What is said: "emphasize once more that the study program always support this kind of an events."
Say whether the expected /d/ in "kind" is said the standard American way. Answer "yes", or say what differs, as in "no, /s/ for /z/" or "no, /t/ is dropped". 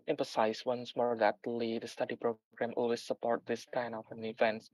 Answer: no, /d/ is dropped